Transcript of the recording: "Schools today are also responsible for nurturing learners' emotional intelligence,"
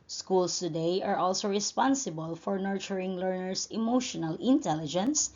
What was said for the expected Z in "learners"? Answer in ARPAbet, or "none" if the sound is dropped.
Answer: S